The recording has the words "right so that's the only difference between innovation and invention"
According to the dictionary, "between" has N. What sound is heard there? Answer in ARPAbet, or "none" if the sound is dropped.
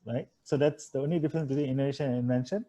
none